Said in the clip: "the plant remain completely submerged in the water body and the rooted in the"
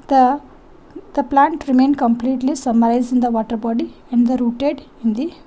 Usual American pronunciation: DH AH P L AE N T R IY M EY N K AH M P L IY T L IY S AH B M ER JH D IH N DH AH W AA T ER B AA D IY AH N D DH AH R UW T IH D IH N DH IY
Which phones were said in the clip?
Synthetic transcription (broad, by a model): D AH P L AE N T R IY M EY N K AH M P L IY T L IY S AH M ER Z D IH N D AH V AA T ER B AA D IY AH N D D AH R UW T IH D IH N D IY